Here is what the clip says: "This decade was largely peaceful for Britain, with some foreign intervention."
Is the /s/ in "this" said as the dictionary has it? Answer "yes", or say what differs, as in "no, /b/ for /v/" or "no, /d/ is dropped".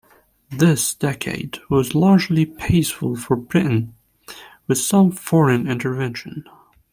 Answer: yes